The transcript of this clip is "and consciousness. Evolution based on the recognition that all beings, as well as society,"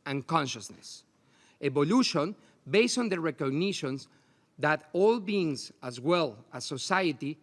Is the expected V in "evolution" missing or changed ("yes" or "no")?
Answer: yes